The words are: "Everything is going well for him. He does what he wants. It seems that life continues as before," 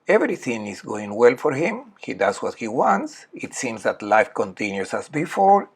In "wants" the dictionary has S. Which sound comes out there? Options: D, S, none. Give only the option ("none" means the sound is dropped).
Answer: S